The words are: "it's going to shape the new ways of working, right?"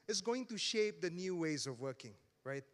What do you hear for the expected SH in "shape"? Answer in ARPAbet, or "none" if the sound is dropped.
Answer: SH